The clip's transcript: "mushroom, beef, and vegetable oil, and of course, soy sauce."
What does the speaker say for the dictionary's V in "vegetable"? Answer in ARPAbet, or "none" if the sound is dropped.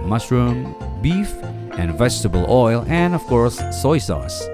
V